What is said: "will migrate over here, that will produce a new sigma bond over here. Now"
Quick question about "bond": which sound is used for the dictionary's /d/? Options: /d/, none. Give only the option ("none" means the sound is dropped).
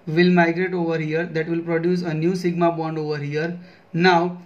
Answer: /d/